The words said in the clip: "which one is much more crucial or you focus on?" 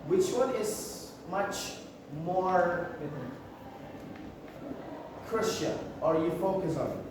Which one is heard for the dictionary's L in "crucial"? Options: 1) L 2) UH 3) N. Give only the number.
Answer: 3